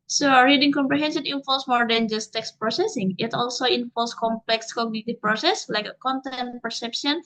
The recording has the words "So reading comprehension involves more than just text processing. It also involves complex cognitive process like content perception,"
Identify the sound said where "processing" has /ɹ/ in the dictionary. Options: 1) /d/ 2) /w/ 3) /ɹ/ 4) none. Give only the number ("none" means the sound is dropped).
3